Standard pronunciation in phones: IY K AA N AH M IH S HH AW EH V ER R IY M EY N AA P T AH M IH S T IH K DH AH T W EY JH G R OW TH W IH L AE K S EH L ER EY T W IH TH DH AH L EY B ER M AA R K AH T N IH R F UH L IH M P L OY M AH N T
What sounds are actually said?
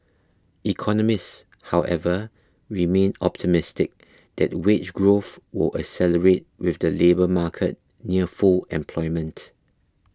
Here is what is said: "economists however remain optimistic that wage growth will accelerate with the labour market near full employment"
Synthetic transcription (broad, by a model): IY K AA N AH M IH S HH AW EH V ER R IY M EY N AA P T AH M IH S T IH K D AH T W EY CH G R OW TH W IH L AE S EH L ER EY T W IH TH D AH L EY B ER M AA K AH T N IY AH F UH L IH M P L OY M AH N T